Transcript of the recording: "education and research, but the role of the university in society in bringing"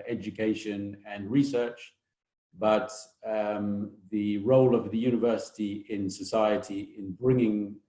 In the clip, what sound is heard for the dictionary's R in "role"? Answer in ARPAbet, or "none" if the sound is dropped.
R